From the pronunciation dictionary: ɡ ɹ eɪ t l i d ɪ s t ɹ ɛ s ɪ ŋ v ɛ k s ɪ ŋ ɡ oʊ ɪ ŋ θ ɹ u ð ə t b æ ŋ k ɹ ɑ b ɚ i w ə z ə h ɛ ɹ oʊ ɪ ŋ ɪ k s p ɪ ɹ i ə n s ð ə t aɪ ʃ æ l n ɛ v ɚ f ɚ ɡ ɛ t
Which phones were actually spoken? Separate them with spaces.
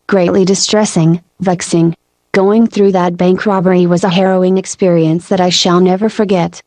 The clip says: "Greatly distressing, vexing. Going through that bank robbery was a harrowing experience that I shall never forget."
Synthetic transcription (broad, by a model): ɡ ɹ eɪ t l i d ɪ s t ɹ ɛ s ɪ ŋ v ɛ k s ɪ ŋ ɡ oʊ ɪ ŋ θ ɹ u ð ə t b æ ŋ k ɹ ɑ b ɚ i w ə z ə h ɛ ɹ oʊ ɪ ŋ ɪ k s p ɪ ɹ i ə n s ð ə t aɪ ʃ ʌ l n ɛ v ɚ f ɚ ɡ ɛ t